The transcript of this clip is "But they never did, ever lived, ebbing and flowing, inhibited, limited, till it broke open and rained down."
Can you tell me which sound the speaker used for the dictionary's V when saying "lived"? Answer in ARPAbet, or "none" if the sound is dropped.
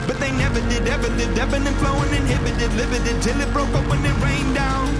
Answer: none